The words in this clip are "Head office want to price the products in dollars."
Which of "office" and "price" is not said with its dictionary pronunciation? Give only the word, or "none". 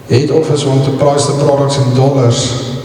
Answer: none